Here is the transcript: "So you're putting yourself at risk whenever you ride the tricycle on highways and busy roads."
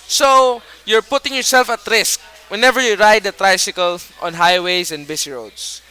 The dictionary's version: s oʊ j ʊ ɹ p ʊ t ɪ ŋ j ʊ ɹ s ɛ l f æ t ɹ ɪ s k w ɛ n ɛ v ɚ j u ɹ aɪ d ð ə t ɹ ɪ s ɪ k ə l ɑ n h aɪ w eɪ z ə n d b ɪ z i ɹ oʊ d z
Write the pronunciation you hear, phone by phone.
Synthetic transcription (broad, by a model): s oʊ j ʊ ɹ p ʊ t ɪ ŋ j ʊ ɹ s ɛ l f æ t ɹ ɪ s k w ɛ n ɛ v ɚ j u ɹ aɪ d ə t ɹ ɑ s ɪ k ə l ɑ n h aɪ w eɪ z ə n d b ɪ s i ɹ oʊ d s